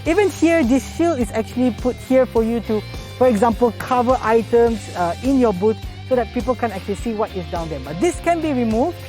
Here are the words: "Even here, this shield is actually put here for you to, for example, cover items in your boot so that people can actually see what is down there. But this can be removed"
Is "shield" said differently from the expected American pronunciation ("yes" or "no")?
yes